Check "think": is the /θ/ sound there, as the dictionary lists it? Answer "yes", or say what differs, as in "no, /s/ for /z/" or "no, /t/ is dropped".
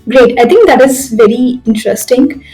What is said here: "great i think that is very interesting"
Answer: no, /t/ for /θ/